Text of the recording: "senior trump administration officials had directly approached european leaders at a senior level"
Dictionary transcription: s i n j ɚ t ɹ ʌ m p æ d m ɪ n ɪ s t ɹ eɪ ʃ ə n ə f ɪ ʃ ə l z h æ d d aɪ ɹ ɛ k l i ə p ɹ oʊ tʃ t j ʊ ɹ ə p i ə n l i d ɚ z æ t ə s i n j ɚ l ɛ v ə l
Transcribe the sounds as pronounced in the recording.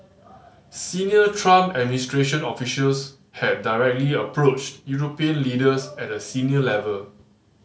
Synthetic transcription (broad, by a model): s i n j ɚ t ɹ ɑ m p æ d m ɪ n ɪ s t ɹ eɪ ʃ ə n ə f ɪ ʃ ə l s h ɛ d d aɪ ɹ ɛ k l i ə p ɹ oʊ tʃ t j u ɹ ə p i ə n l i d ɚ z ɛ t ə s i n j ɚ l ɛ v ə l